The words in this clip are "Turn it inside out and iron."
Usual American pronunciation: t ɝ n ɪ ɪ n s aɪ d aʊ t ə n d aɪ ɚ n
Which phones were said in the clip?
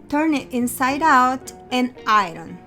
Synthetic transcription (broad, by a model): t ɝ n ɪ ɪ n s aɪ d aʊ t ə n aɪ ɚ n